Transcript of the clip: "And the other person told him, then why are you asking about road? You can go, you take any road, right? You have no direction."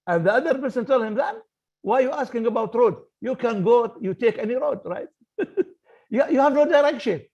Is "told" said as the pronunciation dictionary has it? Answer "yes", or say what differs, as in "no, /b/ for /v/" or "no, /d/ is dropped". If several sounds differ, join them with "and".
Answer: yes